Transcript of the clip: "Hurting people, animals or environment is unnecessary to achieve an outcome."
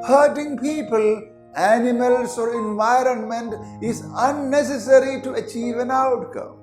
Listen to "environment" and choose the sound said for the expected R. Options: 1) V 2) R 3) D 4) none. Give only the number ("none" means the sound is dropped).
2